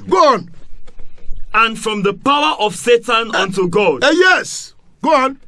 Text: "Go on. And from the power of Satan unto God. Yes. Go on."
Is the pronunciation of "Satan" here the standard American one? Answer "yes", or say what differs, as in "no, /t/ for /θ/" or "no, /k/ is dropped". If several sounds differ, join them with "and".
yes